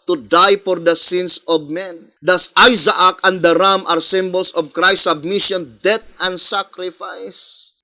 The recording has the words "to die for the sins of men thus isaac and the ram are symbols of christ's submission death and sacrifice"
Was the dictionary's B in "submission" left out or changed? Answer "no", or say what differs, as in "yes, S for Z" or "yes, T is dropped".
no